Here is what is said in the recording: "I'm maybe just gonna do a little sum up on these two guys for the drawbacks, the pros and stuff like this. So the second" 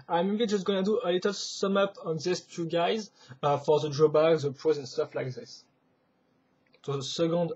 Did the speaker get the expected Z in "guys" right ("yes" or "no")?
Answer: yes